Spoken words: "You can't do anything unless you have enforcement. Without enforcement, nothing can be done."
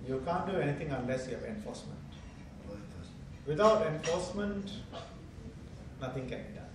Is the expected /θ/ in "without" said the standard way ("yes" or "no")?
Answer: no